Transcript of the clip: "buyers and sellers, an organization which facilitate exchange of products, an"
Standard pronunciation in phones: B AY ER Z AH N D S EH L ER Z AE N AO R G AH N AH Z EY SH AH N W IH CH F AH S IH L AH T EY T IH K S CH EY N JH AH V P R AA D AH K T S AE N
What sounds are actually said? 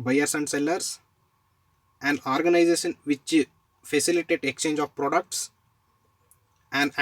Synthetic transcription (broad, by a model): B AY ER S AH N D S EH L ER S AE N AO R G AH N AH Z EY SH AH N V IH CH F AH S IH L AH T EY T IH K S CH EY N JH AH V P R AA D AH K T S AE N